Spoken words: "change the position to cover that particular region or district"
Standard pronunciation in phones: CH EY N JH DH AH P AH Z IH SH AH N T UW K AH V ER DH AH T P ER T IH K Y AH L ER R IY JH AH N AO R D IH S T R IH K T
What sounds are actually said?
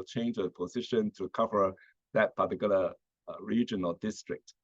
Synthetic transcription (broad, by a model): CH EY N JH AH P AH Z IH SH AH N T UW K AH V ER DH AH T P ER T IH K Y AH L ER R IY JH AH N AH L D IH S T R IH K T